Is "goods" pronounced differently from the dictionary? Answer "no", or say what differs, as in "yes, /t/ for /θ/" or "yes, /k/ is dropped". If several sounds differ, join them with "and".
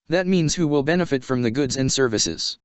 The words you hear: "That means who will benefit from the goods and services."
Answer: no